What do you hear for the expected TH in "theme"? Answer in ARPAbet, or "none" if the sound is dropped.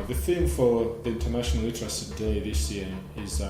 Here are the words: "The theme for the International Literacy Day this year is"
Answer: TH